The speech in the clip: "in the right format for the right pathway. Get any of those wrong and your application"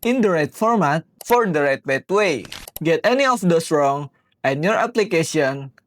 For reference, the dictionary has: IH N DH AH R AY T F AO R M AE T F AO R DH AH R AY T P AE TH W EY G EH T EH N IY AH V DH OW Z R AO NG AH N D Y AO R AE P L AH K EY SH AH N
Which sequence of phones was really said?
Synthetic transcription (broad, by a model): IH N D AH R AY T F AO R M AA T F AO R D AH R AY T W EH T W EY G EH T EH N IY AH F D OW S R AO NG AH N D Y AO R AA P L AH K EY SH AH N